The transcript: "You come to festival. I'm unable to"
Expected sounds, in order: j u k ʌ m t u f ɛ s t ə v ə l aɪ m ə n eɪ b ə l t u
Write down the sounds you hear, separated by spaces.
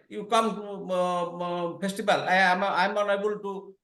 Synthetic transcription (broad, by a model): j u k ʌ m t u p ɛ s t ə b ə l aɪ m ə n eɪ b ə l t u